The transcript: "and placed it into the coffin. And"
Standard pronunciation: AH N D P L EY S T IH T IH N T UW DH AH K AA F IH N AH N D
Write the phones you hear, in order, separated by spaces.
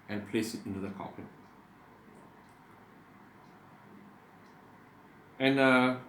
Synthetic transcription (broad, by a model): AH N P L EY S IH T IH N T UW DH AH K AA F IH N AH N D